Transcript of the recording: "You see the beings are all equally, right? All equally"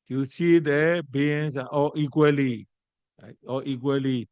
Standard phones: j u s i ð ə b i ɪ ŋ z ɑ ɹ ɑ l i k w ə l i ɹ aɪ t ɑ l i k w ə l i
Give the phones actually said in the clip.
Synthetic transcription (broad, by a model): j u s i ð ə b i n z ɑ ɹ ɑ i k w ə l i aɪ ɑ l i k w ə l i